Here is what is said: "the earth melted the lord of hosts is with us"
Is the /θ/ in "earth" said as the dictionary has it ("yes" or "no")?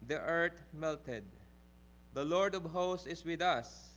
no